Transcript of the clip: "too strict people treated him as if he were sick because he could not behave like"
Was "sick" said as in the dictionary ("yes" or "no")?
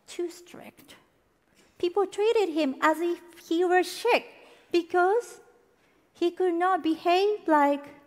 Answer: no